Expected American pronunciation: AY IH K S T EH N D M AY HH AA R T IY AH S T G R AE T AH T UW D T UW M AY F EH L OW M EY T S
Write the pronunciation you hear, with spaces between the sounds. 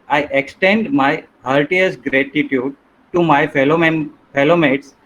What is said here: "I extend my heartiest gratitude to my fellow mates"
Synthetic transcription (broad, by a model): AY IH K S T EH N D M AY HH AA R T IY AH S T G R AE T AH T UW D T UW M AY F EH L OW M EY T S